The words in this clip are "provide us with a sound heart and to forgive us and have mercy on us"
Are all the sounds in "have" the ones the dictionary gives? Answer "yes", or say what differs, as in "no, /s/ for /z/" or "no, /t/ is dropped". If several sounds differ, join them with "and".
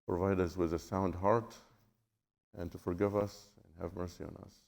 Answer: yes